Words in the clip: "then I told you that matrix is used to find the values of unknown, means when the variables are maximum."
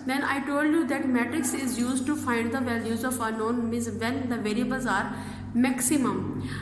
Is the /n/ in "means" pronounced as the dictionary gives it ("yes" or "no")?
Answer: no